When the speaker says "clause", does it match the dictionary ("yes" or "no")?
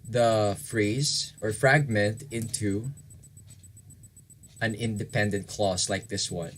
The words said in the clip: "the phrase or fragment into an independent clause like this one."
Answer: no